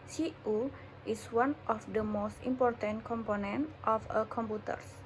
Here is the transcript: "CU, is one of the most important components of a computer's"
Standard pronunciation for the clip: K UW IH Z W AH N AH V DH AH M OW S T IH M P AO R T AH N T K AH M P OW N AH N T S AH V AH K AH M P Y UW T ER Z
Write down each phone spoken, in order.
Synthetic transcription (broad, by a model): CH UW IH S W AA N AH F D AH M OW S T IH M P AO R T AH N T K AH M P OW N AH N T AH F AH K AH M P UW T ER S